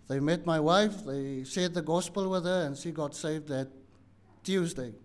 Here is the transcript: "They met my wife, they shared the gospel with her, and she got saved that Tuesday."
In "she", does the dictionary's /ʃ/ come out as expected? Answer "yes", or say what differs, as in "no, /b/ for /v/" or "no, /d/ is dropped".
yes